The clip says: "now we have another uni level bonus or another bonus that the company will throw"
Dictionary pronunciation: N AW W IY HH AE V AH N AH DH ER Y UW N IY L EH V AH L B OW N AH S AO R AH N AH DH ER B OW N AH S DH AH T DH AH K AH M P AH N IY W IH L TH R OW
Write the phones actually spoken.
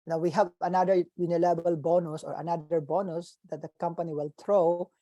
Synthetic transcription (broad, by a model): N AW W IY HH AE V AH N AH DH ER Y UW N IY L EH B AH L B OW N AH S AO R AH N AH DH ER B OW N AH S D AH T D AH K AH M P AH N IY W IH L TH R OW